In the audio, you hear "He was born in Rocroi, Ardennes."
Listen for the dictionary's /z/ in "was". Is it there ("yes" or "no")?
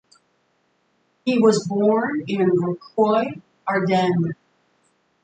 yes